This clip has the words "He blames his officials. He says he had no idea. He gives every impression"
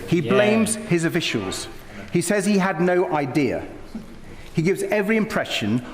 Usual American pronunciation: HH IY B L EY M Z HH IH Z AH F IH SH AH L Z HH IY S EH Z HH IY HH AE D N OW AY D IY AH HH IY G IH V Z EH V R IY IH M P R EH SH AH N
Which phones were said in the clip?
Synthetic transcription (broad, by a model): HH IY B L EY M Z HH IH Z AH F IH SH AH L Z HH IY S EH Z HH IY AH D N OW AY D IY AH HH IY G IH V Z EH V R IY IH M P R EH SH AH N